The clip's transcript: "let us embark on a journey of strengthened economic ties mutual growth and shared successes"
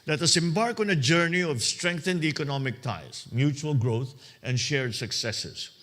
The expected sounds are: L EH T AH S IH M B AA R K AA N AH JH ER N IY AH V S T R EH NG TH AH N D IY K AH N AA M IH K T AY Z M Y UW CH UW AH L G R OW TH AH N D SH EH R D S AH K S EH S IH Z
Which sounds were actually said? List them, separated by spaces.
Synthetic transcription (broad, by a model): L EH T AH S IH M B AA R K AA N AH JH ER N IY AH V S T R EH NG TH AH N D IY K AH N AA M IH K T AY S M Y UW CH UW AH L G R OW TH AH N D SH EH R D S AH K S EH S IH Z